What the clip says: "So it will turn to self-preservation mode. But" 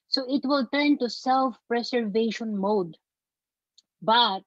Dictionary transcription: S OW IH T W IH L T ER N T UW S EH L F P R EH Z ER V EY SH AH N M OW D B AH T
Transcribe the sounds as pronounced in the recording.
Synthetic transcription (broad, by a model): S OW IH T W IH L T ER N T UW S EH L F P R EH S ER V EY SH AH N M OW D B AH T